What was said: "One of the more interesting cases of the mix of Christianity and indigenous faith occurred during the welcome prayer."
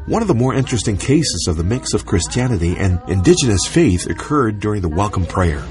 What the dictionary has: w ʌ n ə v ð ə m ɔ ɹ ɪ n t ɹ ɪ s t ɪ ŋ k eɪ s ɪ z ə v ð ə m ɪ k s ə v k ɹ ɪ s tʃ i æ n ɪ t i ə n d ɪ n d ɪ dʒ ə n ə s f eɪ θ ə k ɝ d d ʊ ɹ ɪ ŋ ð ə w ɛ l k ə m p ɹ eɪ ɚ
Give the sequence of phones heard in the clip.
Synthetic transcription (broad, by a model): w ʌ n ə v ð ə m ɔ ɹ ɪ n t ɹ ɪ s t ɪ ŋ k eɪ s ɪ z ə v ð ə m ɪ k s ə v k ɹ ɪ s tʃ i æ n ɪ t i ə n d ɪ n d ɪ dʒ ə n ə s f eɪ θ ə k ɝ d d ʊ ɹ ɪ ŋ ð ə w ɛ l k ə m p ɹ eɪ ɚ